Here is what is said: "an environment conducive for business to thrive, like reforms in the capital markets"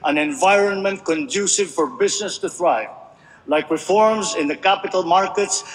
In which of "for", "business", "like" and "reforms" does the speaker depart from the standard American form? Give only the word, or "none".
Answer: none